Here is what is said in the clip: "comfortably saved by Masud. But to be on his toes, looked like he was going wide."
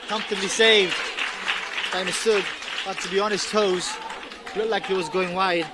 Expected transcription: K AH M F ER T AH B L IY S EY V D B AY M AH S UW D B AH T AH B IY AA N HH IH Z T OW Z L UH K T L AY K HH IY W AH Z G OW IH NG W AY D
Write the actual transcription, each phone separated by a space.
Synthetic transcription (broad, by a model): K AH M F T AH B L IY S EY V D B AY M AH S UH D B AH T AH B IY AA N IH S T OW Z L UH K L AY K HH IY W AH Z G OW IH NG W AY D